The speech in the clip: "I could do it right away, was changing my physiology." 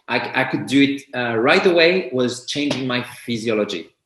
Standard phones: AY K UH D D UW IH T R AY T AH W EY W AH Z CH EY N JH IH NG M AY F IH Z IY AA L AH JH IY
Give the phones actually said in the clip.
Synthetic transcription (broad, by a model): AY K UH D D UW IH T R AY T AH W EY W AH Z CH EY N JH IH NG M AY F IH Z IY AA L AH JH IY